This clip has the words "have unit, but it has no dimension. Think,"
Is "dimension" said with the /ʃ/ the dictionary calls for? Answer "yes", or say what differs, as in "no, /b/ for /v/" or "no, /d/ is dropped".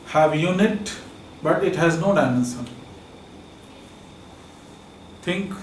no, /s/ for /ʃ/